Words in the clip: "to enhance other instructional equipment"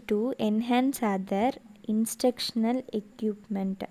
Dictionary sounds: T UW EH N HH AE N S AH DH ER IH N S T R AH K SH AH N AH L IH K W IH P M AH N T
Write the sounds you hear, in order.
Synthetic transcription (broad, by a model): T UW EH N HH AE N S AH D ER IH N S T AH K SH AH N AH L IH K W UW P M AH N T